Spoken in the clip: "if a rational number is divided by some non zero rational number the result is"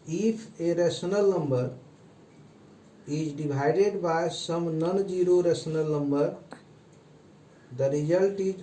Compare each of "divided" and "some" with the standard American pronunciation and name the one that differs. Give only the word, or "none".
divided